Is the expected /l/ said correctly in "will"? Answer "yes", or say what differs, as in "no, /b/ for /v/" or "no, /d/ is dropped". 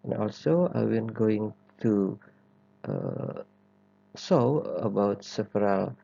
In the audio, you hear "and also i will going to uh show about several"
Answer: no, /n/ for /l/